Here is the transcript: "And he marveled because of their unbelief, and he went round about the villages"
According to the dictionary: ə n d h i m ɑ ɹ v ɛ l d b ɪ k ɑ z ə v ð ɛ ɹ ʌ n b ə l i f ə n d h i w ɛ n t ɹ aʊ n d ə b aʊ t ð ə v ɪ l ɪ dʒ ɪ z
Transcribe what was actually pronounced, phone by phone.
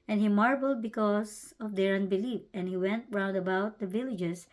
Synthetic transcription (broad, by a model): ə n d h i m ɑ ɹ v l d b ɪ k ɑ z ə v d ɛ ɹ ʌ n b ə l i f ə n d h i w ɛ n t ɹ aʊ n d ə b aʊ t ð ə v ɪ l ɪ dʒ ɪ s